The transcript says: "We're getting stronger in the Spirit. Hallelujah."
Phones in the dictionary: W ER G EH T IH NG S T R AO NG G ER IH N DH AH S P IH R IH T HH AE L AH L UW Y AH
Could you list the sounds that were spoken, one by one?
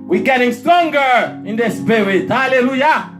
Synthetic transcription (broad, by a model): W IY G EH T IH NG S T R AO NG G ER IH N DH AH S B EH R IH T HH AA L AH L UW Y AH